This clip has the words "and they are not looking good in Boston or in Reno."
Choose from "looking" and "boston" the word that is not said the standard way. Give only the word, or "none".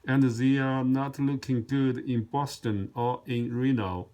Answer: none